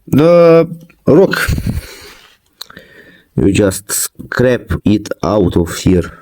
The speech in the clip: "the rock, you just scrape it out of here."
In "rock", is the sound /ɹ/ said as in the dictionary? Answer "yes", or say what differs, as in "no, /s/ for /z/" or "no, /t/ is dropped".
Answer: yes